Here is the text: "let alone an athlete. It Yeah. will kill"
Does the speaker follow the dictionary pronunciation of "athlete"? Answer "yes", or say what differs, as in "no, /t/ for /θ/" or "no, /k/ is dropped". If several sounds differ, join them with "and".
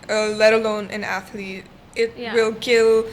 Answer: yes